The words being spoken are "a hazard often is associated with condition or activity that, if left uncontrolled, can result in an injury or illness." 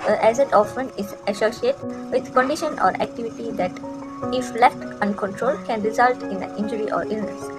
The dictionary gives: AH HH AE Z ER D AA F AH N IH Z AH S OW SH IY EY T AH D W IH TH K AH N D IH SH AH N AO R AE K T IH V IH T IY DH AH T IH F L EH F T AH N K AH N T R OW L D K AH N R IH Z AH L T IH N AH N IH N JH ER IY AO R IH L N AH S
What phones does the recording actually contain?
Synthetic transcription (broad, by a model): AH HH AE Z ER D AA F AH N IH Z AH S OW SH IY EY T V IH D K AH N D IH SH AH N AO R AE K T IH V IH T IY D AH T IH F L EH F T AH N K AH N T R OW L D K AH N R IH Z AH L T IH N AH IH N JH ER IY AO R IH L N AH S